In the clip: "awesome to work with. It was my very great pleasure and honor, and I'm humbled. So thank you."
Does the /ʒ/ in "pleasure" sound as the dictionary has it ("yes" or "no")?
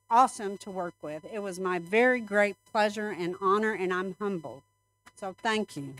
yes